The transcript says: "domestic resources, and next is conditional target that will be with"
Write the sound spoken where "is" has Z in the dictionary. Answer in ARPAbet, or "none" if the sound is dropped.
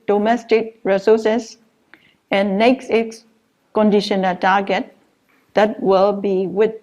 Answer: S